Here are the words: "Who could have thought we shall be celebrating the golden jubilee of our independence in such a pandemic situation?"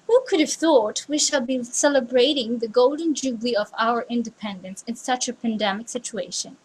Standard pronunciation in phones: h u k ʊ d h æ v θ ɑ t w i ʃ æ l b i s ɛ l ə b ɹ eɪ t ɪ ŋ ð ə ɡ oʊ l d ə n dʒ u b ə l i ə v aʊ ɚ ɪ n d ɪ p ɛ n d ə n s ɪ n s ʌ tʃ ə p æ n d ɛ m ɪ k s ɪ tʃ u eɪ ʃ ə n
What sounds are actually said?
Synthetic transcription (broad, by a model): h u k ʊ d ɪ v θ ɑ t w i ʃ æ l b i s ɛ l ə b ɹ eɪ t ɪ ŋ ð ə ɡ oʊ l d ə n dʒ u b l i ə v aʊ ɚ ɪ n d ɪ p ɛ n d ə n s ɪ n s ʌ tʃ ə p æ n d ɛ m ɪ k s ɪ tʃ u eɪ ʃ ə n